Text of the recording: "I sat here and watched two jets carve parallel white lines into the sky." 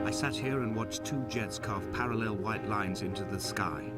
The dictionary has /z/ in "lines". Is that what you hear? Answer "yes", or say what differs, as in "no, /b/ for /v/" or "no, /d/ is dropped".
yes